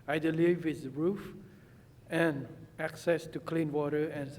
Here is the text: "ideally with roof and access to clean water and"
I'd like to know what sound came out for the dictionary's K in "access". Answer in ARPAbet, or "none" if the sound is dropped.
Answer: K